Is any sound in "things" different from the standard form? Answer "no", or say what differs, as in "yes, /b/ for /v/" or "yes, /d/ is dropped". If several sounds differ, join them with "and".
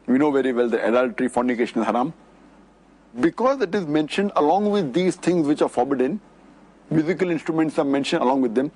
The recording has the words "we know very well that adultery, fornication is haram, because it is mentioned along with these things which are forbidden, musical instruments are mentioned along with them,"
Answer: yes, /t/ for /θ/